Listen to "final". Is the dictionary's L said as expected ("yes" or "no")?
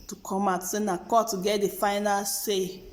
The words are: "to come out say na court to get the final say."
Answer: yes